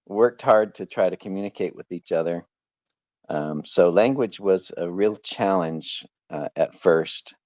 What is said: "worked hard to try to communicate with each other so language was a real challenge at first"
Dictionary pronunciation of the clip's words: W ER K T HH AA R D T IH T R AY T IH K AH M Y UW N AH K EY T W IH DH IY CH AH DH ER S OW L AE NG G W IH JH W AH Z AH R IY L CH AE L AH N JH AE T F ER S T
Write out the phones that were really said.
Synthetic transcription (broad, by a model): W ER K T HH AA R D T IH T R AY T IH K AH M Y UW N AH K EY T W IH DH IY CH AH DH ER S OW L AE NG G W IH JH W AH Z AH R IY L CH AE L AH N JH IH T F ER S T